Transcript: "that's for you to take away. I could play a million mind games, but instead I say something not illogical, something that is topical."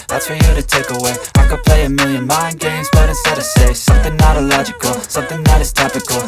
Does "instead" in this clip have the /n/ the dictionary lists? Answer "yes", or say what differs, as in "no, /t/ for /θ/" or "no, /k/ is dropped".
no, /n/ is dropped